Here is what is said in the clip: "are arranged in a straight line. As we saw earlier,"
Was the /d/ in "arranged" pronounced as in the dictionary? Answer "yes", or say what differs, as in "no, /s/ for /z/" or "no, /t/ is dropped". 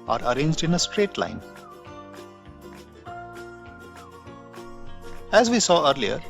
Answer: yes